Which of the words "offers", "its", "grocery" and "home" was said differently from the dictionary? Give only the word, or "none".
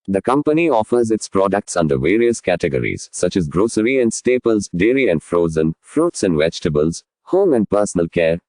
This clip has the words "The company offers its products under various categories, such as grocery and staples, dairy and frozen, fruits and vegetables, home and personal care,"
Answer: none